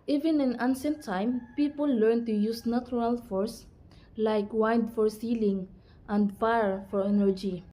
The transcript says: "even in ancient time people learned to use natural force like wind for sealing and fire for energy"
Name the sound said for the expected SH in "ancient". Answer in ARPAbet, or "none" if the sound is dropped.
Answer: S